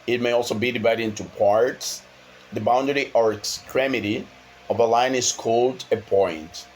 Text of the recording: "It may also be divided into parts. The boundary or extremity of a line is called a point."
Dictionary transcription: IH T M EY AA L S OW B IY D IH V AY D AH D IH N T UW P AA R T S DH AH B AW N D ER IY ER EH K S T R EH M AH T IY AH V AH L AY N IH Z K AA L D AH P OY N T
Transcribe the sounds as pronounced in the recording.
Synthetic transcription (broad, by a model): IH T M EY AA L S OW B IY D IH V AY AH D IH N T UW P AA R T S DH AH B AW N D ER IY ER EH K S T R EH M AH T IY AH V AH L AY N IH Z K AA L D AH P OY N T